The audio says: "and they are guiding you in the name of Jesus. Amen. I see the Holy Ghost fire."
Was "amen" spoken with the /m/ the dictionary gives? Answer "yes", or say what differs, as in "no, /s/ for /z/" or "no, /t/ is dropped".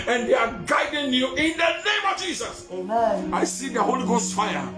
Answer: no, /m/ is dropped